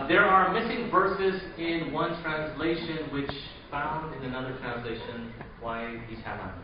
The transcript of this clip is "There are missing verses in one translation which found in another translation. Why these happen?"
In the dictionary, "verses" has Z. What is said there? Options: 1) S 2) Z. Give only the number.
2